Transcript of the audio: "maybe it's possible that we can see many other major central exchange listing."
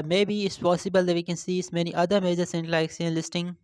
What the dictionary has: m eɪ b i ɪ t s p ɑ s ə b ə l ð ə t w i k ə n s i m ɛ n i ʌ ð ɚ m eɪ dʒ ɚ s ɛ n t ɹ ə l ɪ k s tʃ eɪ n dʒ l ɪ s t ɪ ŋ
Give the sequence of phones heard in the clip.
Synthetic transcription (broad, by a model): m eɪ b i ɪ t s p ɑ s ə b ə l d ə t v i k ə n s i m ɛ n i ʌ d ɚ m eɪ dʒ ɚ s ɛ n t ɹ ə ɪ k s eɪ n l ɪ s t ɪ ŋ